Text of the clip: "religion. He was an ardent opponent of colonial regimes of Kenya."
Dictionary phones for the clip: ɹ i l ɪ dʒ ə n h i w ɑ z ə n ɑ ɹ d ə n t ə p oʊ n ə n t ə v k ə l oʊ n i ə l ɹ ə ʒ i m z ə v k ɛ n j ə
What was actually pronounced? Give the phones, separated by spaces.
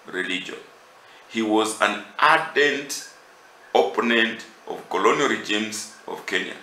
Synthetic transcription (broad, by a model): ɹ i l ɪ dʒ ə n h i w ɑ z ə n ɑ d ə n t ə p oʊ n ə n t ə v k ə l oʊ n i ə l ɹ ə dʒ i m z ə v k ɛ n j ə